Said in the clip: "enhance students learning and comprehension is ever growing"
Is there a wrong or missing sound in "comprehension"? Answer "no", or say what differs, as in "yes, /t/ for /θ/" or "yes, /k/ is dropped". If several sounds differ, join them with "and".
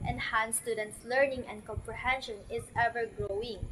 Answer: no